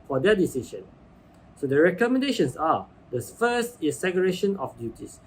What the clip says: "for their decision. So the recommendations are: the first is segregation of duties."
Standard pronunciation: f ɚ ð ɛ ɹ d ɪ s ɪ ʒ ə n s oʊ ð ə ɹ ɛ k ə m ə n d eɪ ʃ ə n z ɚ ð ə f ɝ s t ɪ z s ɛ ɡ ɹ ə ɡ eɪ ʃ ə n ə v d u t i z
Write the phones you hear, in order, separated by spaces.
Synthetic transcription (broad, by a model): f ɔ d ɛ d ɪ s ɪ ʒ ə n s oʊ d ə ɹ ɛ k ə m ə n d eɪ ʃ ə n s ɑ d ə f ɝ s t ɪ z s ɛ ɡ ə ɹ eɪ ʃ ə n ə f d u t i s